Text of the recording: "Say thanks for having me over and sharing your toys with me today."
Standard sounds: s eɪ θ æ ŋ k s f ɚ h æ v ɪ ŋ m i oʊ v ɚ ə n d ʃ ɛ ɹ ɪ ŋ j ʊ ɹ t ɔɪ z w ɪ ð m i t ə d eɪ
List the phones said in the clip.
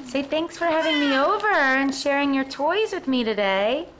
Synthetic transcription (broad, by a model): s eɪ θ æ ŋ k s f ɚ h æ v ɪ ŋ m i oʊ v ɚ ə n ʃ ɛ ɹ ɪ ŋ j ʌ ɹ t ɔɪ z w ɪ ð m i t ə d eɪ